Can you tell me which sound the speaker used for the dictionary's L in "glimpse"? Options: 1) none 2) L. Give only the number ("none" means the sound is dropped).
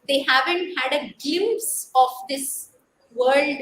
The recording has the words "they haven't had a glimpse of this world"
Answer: 1